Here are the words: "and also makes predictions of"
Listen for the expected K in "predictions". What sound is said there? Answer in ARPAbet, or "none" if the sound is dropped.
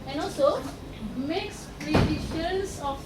none